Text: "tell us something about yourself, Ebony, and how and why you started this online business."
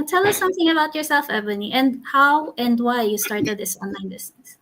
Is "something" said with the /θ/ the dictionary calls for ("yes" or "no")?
yes